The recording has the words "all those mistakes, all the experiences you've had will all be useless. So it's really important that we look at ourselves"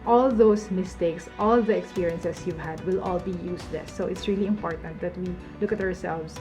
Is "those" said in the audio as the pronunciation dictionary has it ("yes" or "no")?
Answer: no